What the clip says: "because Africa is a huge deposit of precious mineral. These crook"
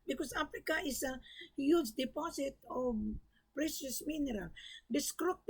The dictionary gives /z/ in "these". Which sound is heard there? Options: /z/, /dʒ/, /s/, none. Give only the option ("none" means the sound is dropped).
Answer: /s/